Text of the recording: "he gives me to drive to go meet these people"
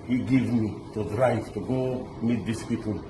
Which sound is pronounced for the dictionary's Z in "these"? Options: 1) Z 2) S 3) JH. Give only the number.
2